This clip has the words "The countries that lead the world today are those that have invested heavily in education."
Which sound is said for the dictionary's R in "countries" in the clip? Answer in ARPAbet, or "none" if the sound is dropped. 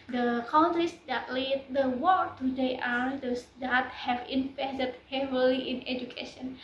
none